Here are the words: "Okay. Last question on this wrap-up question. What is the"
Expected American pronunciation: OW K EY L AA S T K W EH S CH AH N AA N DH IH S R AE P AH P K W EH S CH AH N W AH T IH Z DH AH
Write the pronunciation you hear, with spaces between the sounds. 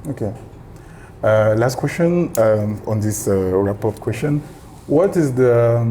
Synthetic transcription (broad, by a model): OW K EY L AA S T K W EH S CH AH N AA N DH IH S R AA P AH F K W EH S CH AH N W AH T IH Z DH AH